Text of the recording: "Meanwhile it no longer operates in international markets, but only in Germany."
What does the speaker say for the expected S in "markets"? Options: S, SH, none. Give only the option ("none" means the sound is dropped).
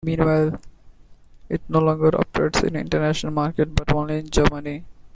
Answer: none